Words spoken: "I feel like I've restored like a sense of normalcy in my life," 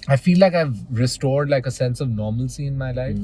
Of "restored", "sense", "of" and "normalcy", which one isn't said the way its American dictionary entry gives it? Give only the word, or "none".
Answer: none